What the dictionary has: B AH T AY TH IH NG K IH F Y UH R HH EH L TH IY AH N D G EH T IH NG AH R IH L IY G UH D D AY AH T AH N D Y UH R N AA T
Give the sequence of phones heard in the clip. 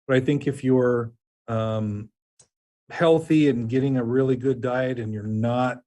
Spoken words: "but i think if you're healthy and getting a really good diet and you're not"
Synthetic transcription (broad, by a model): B AH T AY TH IH NG K IH F Y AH R HH EH L TH IY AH N G EH T IH NG AH R IH L IY G UH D D AY AH T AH N Y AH R N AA T